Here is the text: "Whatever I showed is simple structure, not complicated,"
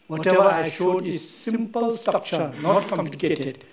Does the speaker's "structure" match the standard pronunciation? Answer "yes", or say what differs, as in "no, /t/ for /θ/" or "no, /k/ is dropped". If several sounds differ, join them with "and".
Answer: no, /ɹ/ is dropped